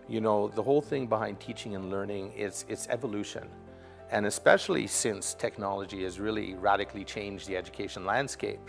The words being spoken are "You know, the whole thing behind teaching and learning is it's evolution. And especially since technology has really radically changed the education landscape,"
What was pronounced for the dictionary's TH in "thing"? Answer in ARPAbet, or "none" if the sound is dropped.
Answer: TH